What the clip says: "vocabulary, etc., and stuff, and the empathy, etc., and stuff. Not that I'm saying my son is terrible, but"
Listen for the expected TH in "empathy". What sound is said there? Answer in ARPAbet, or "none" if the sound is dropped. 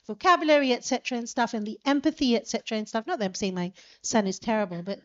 TH